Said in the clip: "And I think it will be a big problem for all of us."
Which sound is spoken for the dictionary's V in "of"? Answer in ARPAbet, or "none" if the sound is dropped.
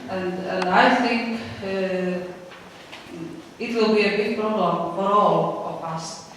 P